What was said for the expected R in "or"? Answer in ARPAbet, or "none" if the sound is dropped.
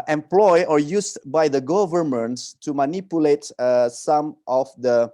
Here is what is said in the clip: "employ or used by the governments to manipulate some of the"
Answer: R